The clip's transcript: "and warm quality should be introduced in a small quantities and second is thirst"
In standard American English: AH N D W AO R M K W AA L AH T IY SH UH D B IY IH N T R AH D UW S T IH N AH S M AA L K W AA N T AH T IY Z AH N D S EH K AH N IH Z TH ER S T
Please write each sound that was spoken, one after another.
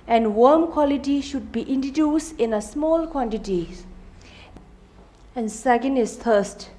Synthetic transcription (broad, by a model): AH N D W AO M K W AA L AH T IY SH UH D B IY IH N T R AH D UW S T IH N AH S M AA L K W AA N T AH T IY AH N S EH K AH N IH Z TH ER S T